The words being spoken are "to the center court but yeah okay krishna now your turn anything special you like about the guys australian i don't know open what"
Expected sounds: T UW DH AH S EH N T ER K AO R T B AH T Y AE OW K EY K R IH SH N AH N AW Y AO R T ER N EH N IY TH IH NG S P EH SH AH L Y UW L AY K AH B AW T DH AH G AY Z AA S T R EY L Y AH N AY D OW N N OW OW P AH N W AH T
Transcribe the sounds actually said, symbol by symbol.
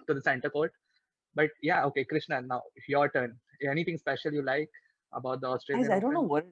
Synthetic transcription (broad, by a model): T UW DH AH S EH N T ER K AO R T B AH T Y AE OW K EY K R IH SH N AH N AW Y AO R T ER N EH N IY T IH NG S P EH SH AH L Y UW L AY K AH B AW T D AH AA S T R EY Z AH IH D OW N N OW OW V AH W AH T